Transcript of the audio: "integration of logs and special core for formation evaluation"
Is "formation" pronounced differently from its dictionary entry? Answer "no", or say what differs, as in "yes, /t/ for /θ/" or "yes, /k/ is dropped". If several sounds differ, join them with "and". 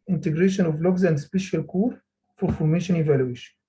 no